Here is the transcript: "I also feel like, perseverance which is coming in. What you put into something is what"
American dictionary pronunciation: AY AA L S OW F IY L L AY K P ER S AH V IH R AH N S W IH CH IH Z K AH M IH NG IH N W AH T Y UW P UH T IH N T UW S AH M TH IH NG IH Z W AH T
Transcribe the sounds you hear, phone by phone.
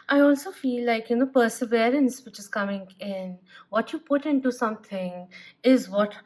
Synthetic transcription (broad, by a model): AY AA L S OW F IY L L AY K P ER S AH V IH R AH N S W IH CH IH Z K AH M IH NG IH N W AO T Y UW P UH T IH N T UW S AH M T IH NG IH Z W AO T